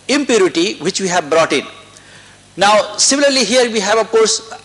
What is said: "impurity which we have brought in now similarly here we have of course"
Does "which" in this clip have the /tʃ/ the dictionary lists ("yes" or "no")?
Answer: yes